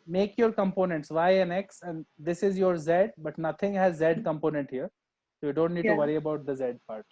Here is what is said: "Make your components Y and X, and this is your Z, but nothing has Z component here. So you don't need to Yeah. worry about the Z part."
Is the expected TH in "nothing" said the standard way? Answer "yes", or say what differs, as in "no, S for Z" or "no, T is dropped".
no, T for TH